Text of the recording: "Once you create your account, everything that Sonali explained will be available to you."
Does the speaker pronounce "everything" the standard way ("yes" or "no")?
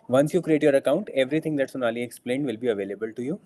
no